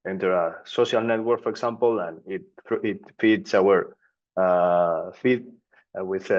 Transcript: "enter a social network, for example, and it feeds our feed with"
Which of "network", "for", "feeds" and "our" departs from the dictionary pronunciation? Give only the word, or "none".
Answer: feeds